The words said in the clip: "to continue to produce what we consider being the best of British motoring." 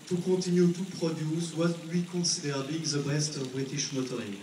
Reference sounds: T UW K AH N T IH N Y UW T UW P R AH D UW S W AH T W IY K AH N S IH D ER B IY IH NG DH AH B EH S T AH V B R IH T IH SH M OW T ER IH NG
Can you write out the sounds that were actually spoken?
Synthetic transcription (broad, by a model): T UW K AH T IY N Y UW T UW P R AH D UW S W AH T W IY K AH S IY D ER B IY IH NG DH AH B EH S T AH V B R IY T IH SH M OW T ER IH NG